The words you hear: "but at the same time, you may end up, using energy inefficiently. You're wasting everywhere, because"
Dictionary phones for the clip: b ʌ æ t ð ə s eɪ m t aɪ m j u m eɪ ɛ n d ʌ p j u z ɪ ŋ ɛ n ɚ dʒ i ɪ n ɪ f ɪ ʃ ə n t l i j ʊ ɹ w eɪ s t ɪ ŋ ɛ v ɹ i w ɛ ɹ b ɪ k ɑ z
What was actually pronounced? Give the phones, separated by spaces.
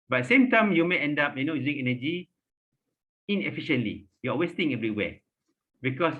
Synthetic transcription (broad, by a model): b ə s eɪ m t aɪ m j u m eɪ ɛ n d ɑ p j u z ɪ ŋ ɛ n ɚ dʒ i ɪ n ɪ f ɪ ʃ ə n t l i j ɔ l w eɪ s t ɪ ŋ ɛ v ɹ i w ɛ b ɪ k ɑ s